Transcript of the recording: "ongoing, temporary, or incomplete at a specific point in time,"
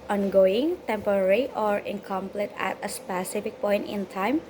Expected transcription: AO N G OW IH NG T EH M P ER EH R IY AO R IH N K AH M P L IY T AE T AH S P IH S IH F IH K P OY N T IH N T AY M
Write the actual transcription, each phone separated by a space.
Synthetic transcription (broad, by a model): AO N G OW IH NG T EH M P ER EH R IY AO R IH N K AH M P L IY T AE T AH S P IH S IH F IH K P OY N T IH N T AY M